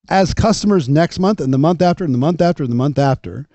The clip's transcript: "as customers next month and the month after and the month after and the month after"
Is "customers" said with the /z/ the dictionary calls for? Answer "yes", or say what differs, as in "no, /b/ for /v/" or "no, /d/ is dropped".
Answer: yes